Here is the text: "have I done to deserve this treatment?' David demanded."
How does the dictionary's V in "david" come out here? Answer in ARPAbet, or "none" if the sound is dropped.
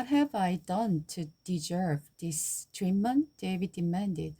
V